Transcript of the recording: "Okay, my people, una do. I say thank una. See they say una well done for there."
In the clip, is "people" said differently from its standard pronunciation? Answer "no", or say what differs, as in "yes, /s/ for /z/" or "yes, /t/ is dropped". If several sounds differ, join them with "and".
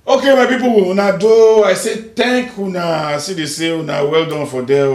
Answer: yes, /w/ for /l/